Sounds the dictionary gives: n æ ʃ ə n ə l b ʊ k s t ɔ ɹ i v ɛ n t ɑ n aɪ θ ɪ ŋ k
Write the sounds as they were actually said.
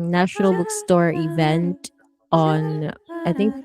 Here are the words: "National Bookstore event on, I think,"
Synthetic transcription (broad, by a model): n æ ʃ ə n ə l b ʊ k s t ɔ ɹ i v ɛ n t ɑ n aɪ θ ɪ ŋ k